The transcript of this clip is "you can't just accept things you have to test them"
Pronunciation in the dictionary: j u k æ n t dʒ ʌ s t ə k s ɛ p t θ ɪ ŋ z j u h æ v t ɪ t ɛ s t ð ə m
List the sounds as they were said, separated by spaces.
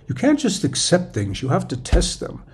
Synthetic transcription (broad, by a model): j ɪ k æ n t dʒ ʌ s t ə k s ɛ p t θ ɪ ŋ z j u h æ f t ɪ t ɛ s t ð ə m